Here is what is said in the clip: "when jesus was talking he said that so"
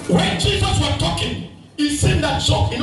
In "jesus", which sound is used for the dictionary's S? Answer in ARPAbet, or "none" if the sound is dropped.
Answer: S